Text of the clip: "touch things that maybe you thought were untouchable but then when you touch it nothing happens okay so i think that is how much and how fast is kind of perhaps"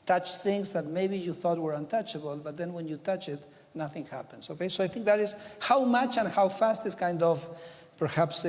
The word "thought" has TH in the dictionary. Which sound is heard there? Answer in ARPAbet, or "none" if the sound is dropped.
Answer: TH